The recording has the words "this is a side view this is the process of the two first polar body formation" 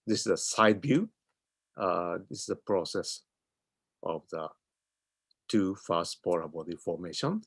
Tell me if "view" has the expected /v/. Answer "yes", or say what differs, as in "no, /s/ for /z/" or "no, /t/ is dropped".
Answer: no, /b/ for /v/